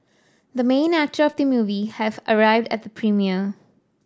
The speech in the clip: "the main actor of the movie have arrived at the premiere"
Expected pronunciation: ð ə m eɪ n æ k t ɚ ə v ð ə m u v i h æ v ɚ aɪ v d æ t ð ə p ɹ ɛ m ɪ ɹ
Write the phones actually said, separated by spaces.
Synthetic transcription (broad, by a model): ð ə m eɪ n æ k t ɚ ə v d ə m u v i h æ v ɚ aɪ v d æ t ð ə p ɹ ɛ m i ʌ